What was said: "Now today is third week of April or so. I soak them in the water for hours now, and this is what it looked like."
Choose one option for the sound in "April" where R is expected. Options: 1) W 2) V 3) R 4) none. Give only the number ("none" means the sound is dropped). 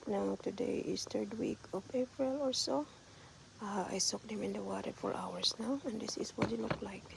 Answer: 3